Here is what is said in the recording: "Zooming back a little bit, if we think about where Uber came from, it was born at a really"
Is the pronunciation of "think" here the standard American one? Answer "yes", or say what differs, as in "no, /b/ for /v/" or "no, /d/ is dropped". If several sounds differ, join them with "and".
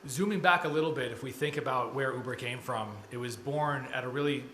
yes